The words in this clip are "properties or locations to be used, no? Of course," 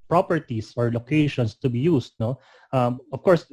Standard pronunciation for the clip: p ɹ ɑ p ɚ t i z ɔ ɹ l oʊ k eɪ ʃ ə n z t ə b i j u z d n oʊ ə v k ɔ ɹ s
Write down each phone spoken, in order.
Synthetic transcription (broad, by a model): p ɹ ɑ p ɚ t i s ɔ ɹ l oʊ k eɪ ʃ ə n s t ə b i j u s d n oʊ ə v k ɔ ɹ s